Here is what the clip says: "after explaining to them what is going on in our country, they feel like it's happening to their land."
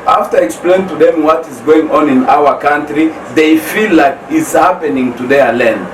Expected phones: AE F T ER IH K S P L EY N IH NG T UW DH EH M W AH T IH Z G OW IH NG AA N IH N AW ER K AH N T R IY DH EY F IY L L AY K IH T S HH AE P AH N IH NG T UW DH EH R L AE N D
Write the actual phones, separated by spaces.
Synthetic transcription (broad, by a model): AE F T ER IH K S P L EY IH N T UW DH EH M W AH T IH Z G OW IH NG AA N IH N AW ER K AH N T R IY DH EY F IY L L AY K IH T S HH AE P AH N IH NG T UW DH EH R L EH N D